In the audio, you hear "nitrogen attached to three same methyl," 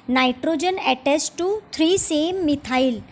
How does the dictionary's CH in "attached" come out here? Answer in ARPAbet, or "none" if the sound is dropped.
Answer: S